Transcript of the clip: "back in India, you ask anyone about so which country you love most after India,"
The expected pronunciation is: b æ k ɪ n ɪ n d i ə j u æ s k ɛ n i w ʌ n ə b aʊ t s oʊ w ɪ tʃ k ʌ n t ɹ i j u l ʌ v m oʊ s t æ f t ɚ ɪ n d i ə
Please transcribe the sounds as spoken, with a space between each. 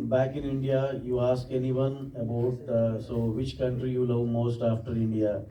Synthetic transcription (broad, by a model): b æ k ɪ n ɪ n d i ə j u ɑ s k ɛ n i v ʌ n ə b aʊ t s oʊ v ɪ tʃ k ʌ n t ɹ i j u l ʌ v m oʊ s t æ f t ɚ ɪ n d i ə